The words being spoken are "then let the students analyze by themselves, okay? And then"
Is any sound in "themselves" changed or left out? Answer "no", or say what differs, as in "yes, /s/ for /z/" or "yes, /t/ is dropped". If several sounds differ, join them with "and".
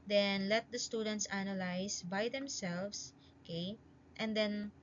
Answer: yes, /s/ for /z/